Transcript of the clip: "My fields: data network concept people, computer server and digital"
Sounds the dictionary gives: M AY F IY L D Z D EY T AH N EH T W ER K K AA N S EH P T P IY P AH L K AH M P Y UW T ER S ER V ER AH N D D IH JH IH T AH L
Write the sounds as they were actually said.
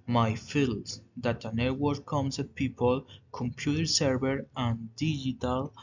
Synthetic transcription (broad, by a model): M AY F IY L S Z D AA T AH N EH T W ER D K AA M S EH T P IY P AH L K AH M P Y UW T ER S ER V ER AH N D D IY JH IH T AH L